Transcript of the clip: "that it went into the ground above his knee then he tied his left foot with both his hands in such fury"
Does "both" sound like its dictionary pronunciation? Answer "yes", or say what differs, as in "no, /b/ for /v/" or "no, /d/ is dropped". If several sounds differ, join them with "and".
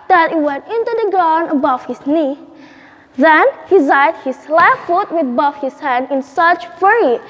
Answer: no, /f/ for /θ/